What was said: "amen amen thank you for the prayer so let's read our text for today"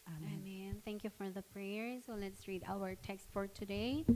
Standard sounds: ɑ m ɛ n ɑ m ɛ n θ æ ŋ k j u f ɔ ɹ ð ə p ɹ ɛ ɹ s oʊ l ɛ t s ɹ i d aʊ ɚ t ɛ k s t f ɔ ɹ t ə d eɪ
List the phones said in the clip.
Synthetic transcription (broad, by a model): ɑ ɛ ɑ m ɛ n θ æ ŋ k j u f ɔ ɹ ð ə p ɹ ɛ ɹ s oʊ l ɛ t s ɹ i d aʊ ɚ t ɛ k s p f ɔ ɹ t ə d eɪ